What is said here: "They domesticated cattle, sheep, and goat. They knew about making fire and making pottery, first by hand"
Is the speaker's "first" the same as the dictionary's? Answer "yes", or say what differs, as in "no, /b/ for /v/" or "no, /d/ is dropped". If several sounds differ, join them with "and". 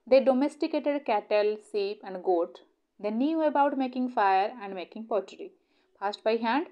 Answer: no, /p/ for /f/